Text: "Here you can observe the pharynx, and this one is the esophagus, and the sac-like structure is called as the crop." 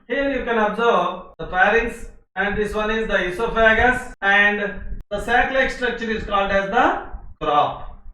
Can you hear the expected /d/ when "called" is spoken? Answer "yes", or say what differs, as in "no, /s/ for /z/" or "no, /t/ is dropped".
yes